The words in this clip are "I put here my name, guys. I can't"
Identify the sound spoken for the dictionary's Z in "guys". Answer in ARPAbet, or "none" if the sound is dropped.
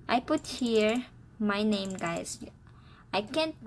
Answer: S